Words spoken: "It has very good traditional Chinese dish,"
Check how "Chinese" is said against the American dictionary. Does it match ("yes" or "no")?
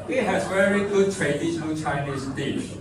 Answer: no